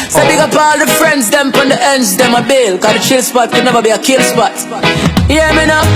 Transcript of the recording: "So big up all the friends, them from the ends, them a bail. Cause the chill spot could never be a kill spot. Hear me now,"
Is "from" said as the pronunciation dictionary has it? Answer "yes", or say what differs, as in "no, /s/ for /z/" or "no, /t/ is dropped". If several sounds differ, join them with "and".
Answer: no, /p/ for /f/